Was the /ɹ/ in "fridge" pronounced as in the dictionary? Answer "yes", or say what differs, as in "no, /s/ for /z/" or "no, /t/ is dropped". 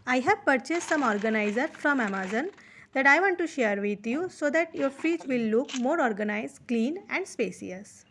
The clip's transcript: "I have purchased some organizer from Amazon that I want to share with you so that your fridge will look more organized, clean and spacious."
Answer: no, /ɹ/ is dropped